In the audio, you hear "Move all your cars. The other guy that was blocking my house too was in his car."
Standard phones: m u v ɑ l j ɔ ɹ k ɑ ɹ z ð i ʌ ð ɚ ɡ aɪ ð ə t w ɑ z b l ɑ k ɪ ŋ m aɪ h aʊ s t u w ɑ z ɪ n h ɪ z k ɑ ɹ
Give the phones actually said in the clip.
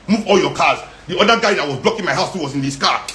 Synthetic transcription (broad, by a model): m u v ɑ l j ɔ k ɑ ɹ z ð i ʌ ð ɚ ɡ aɪ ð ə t w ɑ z b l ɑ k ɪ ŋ m aɪ h aʊ s t u w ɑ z ɪ n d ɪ s k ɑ